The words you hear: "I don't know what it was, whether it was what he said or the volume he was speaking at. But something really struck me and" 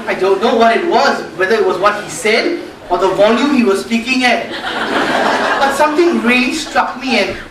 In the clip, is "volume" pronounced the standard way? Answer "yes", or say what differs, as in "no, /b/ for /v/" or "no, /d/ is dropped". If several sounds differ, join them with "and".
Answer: yes